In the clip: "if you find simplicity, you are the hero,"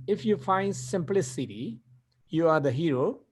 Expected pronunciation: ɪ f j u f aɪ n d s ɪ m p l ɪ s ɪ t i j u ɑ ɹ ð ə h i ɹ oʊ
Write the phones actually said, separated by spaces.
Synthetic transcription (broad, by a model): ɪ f j u f aɪ n d s ɪ m p l ɪ s ɪ t i j u ɑ ɹ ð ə h i ɹ oʊ